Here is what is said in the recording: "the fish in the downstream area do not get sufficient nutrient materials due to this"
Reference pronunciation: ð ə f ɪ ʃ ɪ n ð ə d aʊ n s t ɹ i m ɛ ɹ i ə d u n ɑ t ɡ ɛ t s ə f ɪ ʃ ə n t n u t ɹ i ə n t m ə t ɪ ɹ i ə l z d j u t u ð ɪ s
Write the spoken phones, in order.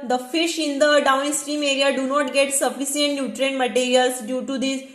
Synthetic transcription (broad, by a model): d ə f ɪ ʃ ɪ n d ə d aʊ n s t ɹ i m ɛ ɹ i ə d u n ɑ t ɡ ɛ t s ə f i s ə n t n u t ɹ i n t m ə t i ɹ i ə l s d j u t u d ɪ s